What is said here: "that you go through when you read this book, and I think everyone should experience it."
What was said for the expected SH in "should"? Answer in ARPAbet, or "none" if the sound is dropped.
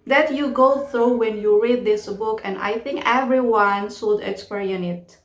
S